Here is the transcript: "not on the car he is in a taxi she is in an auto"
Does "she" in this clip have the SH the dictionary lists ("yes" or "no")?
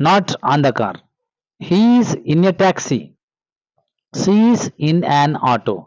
no